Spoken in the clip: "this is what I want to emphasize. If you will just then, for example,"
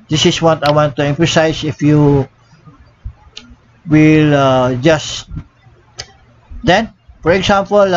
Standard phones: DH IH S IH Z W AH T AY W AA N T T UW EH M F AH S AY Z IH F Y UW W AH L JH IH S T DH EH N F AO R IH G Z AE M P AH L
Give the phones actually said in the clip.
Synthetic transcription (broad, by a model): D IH S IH S W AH T AY W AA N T T UW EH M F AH S AY S IH F Y UW W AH L JH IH S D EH N F AO R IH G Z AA M P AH L